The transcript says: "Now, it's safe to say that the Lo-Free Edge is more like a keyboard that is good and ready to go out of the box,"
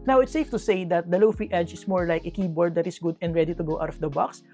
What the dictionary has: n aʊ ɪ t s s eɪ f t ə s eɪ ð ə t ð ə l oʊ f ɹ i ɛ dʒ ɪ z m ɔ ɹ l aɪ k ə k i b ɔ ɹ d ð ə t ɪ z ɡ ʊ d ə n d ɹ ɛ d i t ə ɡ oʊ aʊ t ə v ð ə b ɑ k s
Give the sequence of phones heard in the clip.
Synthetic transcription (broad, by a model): n aʊ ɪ t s s eɪ f t ə s eɪ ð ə t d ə l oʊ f i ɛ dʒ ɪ s m ɔ ɹ l aɪ k ə k i b ɔ ɹ d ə t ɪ s ɡ ʊ d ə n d ɹ ɛ d i t ə ɡ oʊ aʊ t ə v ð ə b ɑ k s